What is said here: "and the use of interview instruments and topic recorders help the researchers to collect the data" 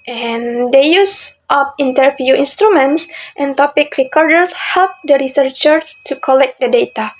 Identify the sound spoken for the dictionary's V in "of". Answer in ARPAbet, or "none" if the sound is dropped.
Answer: P